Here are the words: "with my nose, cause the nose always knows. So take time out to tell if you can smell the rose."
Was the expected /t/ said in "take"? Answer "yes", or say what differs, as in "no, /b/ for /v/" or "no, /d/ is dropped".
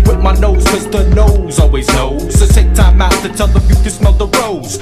no, /s/ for /t/